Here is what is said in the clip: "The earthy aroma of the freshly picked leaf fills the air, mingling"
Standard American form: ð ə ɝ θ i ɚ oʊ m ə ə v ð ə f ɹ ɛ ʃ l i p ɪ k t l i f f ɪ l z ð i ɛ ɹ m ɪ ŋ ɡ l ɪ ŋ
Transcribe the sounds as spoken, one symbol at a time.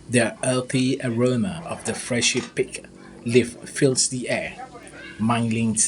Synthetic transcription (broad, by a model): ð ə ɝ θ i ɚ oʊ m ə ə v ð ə f ɹ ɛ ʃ i p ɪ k l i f f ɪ l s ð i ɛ m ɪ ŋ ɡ l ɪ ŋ